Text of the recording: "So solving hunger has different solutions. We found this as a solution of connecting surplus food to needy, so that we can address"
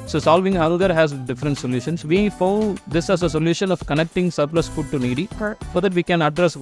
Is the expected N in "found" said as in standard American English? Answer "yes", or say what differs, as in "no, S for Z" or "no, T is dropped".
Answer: no, N is dropped